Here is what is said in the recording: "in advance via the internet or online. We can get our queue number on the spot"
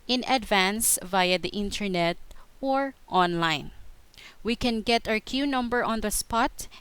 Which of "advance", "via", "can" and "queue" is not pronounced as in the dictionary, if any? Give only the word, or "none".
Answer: none